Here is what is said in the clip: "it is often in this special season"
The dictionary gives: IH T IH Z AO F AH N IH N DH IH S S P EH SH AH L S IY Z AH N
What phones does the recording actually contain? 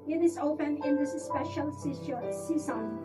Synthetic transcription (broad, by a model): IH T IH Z AO P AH N IH N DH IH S S P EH SH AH L S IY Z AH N